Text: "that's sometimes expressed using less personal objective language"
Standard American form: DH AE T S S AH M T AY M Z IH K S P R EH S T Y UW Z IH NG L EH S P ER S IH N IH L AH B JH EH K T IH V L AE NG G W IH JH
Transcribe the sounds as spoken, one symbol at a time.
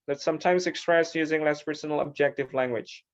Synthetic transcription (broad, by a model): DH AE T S S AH M T AY M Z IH K S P R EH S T Y UW Z IH NG L EH S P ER S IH N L AH B JH EH K T IH V L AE NG G W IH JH